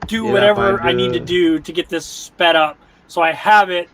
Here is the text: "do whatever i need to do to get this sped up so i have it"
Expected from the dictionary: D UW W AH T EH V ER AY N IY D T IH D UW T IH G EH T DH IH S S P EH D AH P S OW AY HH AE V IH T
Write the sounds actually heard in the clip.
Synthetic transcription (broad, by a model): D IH W AH T EH V ER AY N IY D T IH D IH T IH G EH T DH IH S S P EH D AH P S OW AY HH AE V IH T